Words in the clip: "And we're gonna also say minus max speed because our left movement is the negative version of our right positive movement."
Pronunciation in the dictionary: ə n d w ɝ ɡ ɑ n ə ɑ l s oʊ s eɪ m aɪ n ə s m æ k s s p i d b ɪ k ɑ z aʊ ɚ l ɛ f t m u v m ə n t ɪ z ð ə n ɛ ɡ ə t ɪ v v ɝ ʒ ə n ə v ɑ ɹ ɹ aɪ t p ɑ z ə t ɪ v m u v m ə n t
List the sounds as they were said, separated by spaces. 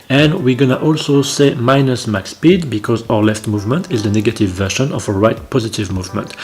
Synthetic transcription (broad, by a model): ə n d w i ɡ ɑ n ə ɑ l s oʊ s eɪ m aɪ n ə s m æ k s s p i d b ɪ k ɑ z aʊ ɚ l ɛ f t m u v m ə n t ɪ z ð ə n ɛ ɡ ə t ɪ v v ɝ ʃ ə n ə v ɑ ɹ ɹ aɪ t p ɑ z ə t ɪ v m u v m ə n t